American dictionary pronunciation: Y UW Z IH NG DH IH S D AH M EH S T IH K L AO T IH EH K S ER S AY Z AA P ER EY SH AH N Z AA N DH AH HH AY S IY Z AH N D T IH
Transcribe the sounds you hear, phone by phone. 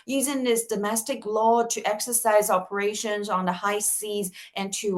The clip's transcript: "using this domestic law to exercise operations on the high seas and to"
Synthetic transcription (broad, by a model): Y UW Z IH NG DH IH S D AH M EH S T IH K L AO T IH EH K S ER S AY Z AA P ER EY SH AH N Z N DH AH HH AY S IY Z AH N T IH